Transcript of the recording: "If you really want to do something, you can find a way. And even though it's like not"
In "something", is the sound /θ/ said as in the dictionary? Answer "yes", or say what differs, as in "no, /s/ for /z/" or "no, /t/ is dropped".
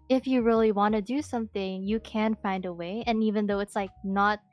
yes